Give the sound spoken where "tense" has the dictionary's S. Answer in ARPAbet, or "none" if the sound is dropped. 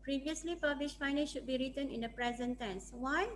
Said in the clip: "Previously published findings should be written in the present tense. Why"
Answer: S